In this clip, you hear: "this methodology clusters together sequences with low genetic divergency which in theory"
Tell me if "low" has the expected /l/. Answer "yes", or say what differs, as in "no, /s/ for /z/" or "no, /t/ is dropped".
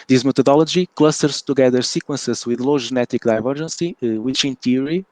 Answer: yes